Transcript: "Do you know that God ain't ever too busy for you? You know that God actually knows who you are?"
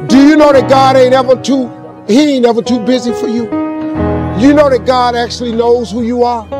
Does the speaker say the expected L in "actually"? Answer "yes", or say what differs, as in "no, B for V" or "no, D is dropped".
yes